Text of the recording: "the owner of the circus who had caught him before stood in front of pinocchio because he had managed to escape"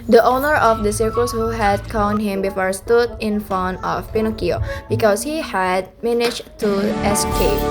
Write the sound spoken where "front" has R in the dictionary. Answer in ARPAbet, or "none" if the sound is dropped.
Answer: none